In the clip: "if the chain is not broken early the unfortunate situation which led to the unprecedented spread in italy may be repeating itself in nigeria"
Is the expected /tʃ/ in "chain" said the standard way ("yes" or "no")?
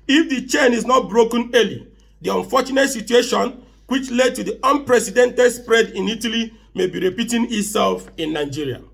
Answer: yes